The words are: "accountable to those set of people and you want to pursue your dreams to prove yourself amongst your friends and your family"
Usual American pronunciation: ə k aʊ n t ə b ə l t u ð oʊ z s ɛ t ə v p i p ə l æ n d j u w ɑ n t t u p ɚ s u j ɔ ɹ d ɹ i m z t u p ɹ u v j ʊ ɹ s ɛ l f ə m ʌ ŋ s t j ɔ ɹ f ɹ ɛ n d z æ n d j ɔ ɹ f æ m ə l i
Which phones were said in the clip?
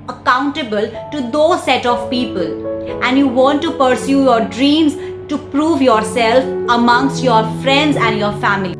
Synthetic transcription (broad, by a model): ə k aʊ n t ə b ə l t u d oʊ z s ɛ t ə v p i p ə l æ n d j u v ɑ n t t u p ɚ s u j ɔ ɹ d ɹ i m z t u p ɹ u v j ʊ ɹ s ɛ l f ə m ʌ ŋ s t j ɔ ɹ f ɹ ɛ n d z æ n d j ɔ ɹ f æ m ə l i